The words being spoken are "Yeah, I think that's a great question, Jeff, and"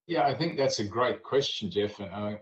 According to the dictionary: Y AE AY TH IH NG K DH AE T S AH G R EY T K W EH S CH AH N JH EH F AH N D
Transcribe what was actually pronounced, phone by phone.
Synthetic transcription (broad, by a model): Y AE AY TH IH NG K DH AE T S AH G R EY T K W EH S CH AH N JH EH F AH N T